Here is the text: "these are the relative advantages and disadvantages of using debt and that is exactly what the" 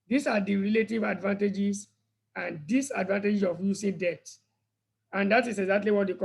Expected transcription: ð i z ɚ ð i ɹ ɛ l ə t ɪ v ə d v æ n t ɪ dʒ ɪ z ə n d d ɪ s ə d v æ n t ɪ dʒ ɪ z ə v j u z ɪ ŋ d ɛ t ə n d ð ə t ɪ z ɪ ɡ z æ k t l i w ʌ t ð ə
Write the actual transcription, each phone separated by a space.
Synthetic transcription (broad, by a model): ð i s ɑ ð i ɹ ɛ l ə t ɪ v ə d v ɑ n t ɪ dʒ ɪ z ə n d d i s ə d v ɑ n t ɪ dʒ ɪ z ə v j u s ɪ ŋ d ɛ t ə n d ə t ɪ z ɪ ɡ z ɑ k t l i w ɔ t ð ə